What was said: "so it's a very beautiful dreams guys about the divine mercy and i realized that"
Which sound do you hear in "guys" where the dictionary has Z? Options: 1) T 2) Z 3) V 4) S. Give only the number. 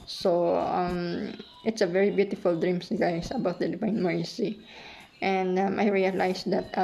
4